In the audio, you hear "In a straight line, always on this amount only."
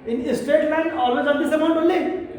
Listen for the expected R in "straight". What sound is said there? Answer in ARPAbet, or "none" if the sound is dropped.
none